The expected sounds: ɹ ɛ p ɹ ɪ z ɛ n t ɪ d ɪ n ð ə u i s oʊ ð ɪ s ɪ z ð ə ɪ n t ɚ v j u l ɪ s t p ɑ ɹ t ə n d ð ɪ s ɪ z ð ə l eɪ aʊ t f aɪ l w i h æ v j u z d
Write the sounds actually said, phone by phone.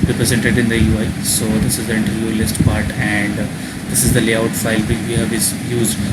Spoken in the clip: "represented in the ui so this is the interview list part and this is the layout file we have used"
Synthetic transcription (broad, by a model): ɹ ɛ p ɹ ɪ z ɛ n t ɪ d ɪ n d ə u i s oʊ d ɪ s ɪ z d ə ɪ n t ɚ j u l ɪ s t p ɑ ɹ t ə n d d ɪ s ɪ z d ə l eɪ aʊ t f aɪ l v i h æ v j u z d